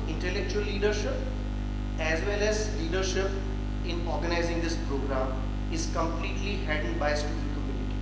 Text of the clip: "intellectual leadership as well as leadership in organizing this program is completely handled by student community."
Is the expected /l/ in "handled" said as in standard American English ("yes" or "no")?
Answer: no